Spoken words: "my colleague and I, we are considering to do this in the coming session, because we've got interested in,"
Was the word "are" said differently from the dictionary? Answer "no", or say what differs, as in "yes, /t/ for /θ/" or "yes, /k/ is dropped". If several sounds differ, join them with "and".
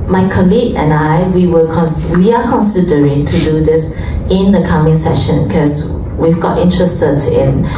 yes, /w/ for /ɹ/